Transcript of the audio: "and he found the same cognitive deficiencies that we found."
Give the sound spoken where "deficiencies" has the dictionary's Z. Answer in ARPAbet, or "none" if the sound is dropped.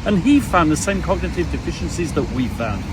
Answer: Z